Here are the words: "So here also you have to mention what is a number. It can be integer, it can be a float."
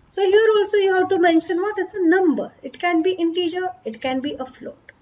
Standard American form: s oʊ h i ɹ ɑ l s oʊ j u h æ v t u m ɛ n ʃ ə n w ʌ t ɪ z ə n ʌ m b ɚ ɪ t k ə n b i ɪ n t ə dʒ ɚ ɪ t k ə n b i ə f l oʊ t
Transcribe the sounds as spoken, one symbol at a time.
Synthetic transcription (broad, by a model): s oʊ h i ɹ ɑ l s oʊ j u h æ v t u m ɛ n ʃ ə n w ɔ t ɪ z ə n ʌ m b ɚ ɪ t k ə n b i ɪ n t ə dʒ ɚ ɪ t k ə n b i ə f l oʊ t